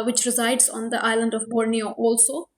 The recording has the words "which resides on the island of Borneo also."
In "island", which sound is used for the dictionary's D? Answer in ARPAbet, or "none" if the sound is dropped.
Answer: D